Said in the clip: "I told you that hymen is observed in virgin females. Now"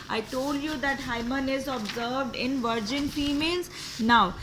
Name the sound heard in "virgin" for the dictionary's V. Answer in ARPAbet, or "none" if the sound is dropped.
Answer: V